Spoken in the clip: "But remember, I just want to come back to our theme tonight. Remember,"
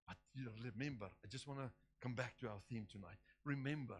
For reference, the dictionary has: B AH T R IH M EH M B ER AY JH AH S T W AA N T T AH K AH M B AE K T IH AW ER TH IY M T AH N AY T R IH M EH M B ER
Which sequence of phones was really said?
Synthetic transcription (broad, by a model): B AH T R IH M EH M B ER AY JH AH S T W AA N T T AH K AH M B AE K T IH AW ER TH IY M T AH N AY T R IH M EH M B ER